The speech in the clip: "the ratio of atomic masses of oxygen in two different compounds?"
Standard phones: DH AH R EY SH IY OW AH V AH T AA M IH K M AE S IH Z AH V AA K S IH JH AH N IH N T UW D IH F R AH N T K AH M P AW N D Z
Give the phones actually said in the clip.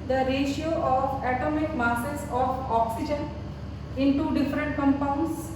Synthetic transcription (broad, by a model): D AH R EY SH IY OW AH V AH T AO M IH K M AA S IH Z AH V AA K S IH JH AH N IH N T UW D IH F R AH N T K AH M P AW N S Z